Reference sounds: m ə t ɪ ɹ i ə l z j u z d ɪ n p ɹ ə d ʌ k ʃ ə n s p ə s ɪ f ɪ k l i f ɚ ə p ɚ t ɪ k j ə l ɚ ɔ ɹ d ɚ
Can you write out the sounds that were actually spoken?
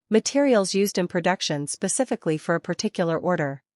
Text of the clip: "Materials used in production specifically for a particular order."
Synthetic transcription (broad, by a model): m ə t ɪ ɹ i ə l z j u z d ɪ n p ɹ ə d ʌ k ʃ ə n s p ə s ɪ f ɪ k l i f ɚ ə p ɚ t ɪ k j l ɚ ɔ ɹ d ɚ